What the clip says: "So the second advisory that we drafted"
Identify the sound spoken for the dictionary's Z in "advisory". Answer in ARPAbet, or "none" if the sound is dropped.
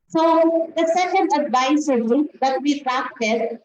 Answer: S